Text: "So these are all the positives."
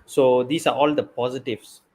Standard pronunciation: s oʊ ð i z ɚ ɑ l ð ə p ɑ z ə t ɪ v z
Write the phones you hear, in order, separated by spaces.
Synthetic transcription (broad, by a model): s oʊ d i s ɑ ɑ l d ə p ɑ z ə t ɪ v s